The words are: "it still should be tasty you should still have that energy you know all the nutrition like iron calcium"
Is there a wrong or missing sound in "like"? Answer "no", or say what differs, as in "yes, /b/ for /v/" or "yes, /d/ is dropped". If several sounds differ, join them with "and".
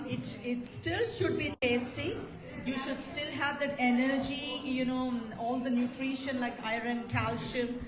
no